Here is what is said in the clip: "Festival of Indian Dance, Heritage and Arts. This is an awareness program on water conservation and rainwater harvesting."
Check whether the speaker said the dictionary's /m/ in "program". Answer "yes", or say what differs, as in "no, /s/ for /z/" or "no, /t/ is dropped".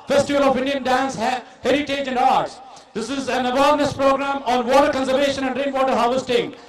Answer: yes